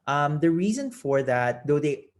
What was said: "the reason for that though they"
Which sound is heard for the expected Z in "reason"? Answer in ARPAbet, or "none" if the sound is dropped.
Z